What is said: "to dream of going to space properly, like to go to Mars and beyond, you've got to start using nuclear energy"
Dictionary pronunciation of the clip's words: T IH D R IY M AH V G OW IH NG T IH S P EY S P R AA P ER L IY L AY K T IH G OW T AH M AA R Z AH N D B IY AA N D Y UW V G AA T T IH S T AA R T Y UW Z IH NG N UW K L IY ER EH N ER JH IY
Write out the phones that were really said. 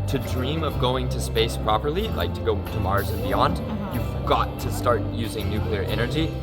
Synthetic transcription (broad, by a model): T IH D R IY M AH V G OW IH NG T IH S P EY S P R AA P ER L IY L AY K T IH G OW T AH M AA R Z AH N B IY AA N D Y UW V G AA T T IH S T AA R T Y UW Z IH NG N UW K L IY ER EH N ER JH IY